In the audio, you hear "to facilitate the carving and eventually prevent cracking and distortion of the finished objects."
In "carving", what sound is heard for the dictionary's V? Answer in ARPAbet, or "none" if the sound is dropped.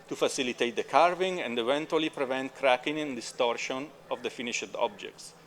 V